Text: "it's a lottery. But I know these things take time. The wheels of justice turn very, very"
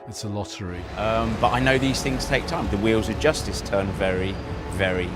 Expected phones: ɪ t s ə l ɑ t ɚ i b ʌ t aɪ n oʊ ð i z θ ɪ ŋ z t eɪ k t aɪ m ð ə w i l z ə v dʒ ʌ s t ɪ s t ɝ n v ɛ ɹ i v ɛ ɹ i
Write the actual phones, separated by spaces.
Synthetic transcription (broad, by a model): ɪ t s ə l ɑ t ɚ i b ʌ t aɪ n oʊ ð i z θ ɪ ŋ z t eɪ k t aɪ m ð ə w i l z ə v dʒ ʌ s t ɪ s t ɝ n v ɛ ɹ i v ɛ ɹ i